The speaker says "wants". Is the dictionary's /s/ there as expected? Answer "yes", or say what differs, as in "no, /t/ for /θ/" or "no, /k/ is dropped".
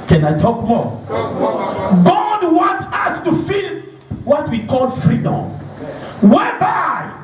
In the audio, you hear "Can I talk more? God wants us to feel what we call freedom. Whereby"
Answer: no, /s/ is dropped